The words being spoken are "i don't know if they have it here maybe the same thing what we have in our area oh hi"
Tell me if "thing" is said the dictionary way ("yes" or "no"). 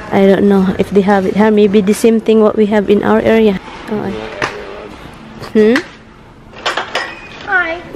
no